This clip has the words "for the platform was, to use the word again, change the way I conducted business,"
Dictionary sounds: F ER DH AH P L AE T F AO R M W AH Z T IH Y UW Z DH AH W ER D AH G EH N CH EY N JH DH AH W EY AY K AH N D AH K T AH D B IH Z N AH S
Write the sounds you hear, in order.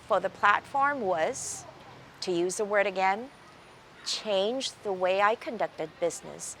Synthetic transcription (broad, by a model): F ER DH AH P L AE T F AO R M W AH Z T IH Y UW Z DH AH W ER D AH G EH N CH EY N JH DH AH W EY AY K AH N D AH K T AH D B IH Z N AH S